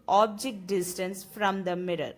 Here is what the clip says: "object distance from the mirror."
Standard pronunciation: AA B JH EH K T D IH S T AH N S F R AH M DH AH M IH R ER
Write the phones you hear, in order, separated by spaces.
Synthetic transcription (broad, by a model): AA B JH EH K T D IH S T AH N S F R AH M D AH M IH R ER